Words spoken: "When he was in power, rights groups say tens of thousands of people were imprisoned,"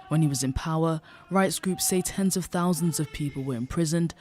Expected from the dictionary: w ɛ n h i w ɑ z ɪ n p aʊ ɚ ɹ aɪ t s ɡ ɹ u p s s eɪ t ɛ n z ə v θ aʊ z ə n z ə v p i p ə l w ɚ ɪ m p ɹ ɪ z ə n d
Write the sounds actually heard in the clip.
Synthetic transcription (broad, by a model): w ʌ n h i w ɑ z ɪ n p aʊ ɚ ɹ aɪ t s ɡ ɹ u p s s eɪ t ɛ n z ə v θ aʊ z ə n z ə v p i p ə l w ɚ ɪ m p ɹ ɪ z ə n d